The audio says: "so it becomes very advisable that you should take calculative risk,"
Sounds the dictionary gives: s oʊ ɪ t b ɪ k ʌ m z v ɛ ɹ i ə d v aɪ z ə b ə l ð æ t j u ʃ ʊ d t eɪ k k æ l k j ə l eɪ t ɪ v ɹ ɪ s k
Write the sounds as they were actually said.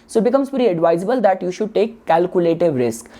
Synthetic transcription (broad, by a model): s oʊ ɪ t b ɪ k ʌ m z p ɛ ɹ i ə d v aɪ z ə b ə l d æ t j u ʃ ʊ d t eɪ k k æ l k j ə l eɪ t ɪ v ɹ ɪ s k